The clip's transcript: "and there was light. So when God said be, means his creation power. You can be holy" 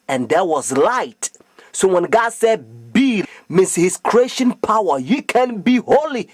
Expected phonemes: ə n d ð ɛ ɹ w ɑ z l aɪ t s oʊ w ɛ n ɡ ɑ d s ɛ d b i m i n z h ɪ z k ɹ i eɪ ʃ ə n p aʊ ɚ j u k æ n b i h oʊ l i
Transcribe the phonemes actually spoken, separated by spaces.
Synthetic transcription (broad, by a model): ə n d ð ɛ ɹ w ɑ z l aɪ t s oʊ w ɛ n ɡ ɑ d s ɛ d b i m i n s h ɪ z k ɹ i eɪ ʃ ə n p aʊ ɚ j u k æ n b i h oʊ l i